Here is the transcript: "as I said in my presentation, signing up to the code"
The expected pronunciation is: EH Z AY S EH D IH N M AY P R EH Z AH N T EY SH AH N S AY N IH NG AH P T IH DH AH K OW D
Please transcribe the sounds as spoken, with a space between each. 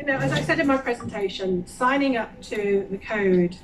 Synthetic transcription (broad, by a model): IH Z AY S EH D IH N M AY P R EH Z AH N T EY SH AH N S AY N IH NG AH P T IH DH AH K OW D